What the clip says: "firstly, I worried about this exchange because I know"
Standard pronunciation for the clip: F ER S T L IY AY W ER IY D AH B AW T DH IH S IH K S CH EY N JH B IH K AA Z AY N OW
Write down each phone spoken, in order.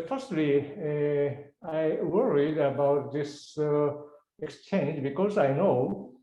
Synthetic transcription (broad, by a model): F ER S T L IY AY W ER IY D AH B AW T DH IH S IH K S CH EY N JH B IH K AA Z AY N OW